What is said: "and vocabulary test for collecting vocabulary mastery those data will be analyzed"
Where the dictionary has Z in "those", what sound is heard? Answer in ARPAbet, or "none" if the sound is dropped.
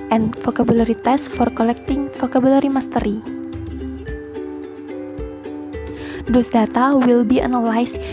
S